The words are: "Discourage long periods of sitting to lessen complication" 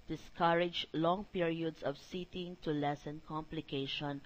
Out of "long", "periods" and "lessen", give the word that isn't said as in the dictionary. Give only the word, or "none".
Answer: periods